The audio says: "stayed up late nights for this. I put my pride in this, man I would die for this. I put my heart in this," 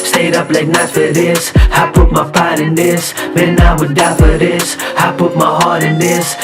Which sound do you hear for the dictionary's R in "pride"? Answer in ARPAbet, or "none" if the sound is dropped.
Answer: none